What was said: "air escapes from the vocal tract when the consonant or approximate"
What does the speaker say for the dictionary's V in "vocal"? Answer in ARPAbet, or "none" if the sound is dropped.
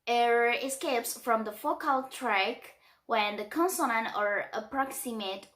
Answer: F